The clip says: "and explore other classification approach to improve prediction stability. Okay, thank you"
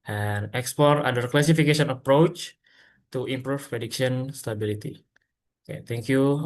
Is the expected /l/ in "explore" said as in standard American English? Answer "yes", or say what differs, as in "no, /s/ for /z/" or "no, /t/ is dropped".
no, /l/ is dropped